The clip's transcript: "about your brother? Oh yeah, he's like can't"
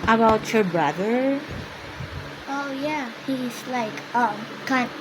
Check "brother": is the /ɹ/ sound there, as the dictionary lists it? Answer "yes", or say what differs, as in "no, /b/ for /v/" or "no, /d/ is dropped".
yes